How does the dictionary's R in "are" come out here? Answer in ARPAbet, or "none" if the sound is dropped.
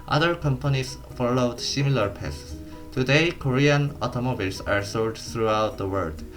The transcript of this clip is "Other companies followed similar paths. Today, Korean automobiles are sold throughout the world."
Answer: R